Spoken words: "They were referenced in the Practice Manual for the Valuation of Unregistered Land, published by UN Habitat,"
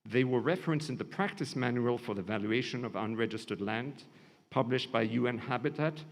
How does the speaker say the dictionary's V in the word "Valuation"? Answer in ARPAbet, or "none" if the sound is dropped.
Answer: V